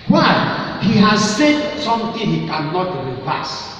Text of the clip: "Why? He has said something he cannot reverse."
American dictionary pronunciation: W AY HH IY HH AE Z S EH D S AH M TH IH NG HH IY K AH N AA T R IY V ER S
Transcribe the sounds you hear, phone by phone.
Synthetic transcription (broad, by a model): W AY HH IY HH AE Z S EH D S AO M T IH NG HH IY K AH N AA T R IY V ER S